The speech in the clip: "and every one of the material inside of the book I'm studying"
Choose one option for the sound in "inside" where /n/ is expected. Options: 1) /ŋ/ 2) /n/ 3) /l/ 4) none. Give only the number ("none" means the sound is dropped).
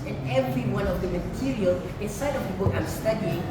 2